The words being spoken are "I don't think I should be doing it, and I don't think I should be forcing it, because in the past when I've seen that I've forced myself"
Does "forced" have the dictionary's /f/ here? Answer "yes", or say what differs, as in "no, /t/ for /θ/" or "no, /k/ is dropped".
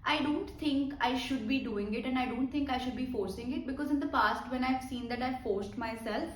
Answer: yes